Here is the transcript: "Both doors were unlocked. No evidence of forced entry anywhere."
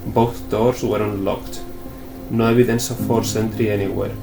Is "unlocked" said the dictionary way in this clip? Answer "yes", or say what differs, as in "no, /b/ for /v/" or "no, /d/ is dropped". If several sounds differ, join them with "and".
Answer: yes